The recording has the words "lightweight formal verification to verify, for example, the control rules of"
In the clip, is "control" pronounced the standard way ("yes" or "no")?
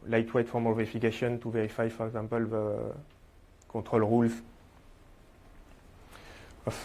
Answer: no